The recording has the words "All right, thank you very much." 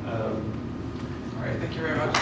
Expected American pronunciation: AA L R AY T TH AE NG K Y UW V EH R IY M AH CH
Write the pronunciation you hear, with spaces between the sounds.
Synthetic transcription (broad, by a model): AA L R AY T TH AE NG K Y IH V EH R IY M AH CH